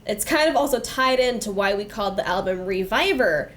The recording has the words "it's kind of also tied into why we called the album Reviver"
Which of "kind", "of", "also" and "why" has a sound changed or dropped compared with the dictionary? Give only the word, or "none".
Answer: none